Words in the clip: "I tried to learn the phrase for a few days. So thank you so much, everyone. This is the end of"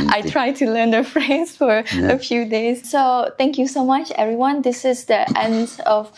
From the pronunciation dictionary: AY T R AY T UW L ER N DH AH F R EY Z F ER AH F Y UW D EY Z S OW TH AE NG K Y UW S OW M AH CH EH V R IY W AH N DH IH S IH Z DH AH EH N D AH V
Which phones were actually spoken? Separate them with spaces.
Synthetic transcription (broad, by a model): AY T R AY T UW L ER N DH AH F R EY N F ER AH F Y UW D EY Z S OW T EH NG K Y UW S OW M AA CH EH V R IY W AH N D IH S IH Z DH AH EH N D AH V